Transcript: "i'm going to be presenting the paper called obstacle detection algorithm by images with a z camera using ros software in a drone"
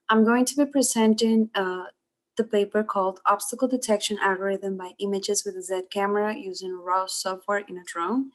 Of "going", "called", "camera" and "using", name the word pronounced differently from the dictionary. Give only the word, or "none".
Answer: none